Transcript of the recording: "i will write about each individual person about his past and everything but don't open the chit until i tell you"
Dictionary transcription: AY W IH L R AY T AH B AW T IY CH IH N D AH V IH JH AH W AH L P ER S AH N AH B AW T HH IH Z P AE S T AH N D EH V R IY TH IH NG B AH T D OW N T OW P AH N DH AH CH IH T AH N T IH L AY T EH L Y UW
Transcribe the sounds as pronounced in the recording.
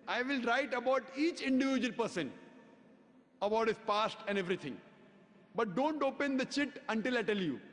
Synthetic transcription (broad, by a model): AY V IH L R AY T AH B AW T IY CH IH N D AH V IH JH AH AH L P ER S AH N AH B AW T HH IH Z P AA S T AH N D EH V R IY T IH NG B AH T D OW N T OW P AH N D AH CH IH T AH N T IH L AY T EH L Y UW